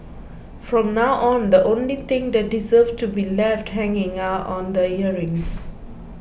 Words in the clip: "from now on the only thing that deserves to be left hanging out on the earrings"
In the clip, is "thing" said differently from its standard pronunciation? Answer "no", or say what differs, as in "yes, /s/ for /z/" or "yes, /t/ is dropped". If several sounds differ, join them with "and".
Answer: yes, /t/ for /θ/